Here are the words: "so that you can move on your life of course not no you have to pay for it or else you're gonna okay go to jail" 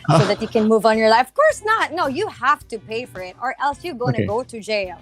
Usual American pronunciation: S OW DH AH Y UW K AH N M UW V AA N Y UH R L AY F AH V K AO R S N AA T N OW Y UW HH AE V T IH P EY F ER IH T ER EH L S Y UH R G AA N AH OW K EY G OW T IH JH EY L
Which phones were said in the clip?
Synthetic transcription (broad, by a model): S OW DH AH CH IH K AH N M UW V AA N Y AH R L AY F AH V K AO R S N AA T N OW Y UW HH AE F T IH P EY F ER IH T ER EH L S Y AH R G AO AH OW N G OW T IH JH EY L